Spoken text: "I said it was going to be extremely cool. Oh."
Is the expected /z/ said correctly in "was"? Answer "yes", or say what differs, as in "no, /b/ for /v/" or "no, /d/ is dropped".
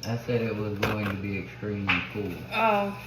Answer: yes